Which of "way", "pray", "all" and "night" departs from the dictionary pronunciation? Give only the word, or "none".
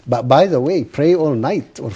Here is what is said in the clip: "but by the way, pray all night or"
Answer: none